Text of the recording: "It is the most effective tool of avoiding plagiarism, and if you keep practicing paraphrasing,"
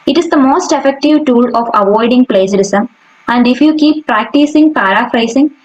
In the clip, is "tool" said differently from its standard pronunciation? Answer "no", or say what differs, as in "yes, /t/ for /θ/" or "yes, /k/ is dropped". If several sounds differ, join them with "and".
no